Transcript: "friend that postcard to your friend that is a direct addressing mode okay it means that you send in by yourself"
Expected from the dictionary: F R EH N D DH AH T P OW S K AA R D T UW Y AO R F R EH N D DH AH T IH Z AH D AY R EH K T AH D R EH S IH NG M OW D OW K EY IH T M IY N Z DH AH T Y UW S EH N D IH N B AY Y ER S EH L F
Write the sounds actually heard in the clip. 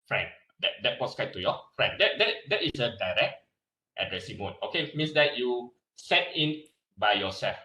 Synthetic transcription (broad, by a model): F R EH N D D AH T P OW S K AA T UW Y AO F R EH N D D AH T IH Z AH D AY R EH K T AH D R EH S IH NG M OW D OW K EY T M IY N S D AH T Y UW S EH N IH N B AY Y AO S EH L F